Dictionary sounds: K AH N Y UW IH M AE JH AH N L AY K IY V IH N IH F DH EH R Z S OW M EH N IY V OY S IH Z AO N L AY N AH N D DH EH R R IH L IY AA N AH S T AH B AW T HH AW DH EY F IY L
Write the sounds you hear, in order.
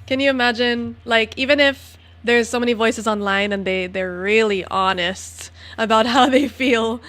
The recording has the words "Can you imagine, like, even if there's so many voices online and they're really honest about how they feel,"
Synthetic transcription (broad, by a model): K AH N Y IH IH M AE JH AH N L AY K IY V IH N IH F DH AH R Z S OW M EH N IY V OY S IH Z AO N L AY N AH N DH DH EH R R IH L IY AA N AH S T AH B AW T HH AW DH EY F IY L